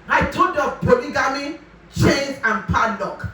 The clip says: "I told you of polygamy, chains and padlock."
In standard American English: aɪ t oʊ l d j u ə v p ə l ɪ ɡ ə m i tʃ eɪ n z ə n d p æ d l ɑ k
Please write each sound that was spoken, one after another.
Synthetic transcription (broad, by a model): aɪ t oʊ d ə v p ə l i ɡ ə m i tʃ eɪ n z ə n p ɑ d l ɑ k